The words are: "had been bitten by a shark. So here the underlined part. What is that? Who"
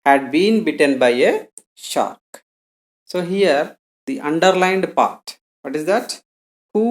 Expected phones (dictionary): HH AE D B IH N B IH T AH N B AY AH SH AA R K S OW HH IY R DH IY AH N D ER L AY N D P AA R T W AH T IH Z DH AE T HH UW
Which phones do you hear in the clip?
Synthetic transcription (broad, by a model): HH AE D B IH N B IH T AH N B AY AH SH AA R K S OW HH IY R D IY AH N D ER L AY N D P AA R T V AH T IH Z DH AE T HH UW